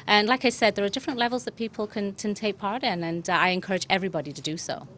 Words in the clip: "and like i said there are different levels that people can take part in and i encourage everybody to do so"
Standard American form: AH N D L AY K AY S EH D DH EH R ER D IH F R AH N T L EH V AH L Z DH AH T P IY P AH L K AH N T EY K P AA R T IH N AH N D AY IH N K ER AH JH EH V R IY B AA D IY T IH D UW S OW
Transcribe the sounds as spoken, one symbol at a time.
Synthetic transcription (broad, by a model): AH N L AY K AY S EH D DH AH R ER D IH F R AH N T L EH V AH L Z DH AH T P IY P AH N K AH N T EY K P AA R T IH N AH N AY IH N K ER AH JH EH V R IY B AA D IY T IH D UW S OW